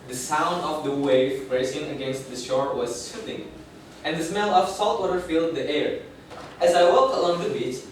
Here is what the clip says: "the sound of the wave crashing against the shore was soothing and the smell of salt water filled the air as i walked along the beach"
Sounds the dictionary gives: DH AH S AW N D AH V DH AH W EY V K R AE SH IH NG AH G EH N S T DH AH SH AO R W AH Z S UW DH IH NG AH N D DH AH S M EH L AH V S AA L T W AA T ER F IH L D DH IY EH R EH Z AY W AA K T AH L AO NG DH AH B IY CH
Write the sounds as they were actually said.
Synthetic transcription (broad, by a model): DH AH S AW N D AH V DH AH W EY V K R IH S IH NG AH G EH N S T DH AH SH AO R W AH Z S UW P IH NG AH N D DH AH S M EH L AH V S AA L T W AA T ER F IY L D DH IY EH R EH Z AY W AA K T AH L AO NG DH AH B IY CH